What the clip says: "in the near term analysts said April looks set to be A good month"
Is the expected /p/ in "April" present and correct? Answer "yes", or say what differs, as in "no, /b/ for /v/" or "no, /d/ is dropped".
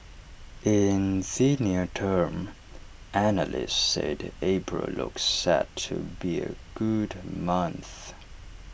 no, /b/ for /p/